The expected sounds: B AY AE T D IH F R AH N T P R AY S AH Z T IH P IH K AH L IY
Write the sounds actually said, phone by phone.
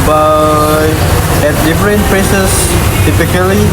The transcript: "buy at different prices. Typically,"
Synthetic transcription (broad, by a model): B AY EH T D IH F R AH N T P L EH S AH S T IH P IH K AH L IY